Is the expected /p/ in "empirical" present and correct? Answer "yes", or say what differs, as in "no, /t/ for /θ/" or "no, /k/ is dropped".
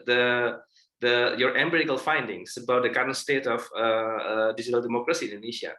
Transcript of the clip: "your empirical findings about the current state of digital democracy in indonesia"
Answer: no, /b/ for /p/